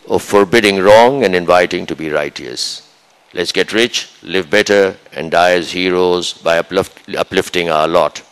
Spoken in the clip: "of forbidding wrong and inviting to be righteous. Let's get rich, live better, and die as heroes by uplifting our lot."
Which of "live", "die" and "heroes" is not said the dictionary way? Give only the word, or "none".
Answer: none